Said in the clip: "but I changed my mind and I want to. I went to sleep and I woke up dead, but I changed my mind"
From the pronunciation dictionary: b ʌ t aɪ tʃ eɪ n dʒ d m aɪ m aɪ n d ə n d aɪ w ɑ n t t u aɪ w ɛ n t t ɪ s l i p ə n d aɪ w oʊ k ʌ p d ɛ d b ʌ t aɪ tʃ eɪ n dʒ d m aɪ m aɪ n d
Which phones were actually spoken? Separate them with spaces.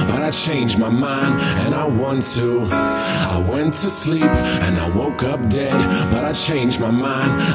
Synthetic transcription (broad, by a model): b ʌ t aɪ tʃ eɪ n dʒ m aɪ m aɪ n d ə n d aɪ w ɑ n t t u aɪ w ɛ n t t ɪ s l i p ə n aɪ w oʊ k ʌ p d ɛ d b ʌ t aɪ tʃ eɪ n dʒ m aɪ m aɪ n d